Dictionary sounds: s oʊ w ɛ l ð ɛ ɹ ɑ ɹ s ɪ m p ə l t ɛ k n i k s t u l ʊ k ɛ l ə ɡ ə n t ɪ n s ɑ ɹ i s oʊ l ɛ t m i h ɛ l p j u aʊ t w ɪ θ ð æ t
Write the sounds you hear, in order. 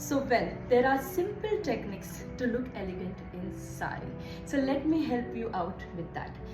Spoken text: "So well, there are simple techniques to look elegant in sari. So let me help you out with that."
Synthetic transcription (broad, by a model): s oʊ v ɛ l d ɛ ɹ ɑ ɹ s ɪ m p ə l t ɛ k n i k s t u l ʊ k ɛ l ə ɡ ə n t ɪ n s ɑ i s oʊ l ɛ t m i h ɛ l p j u aʊ t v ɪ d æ t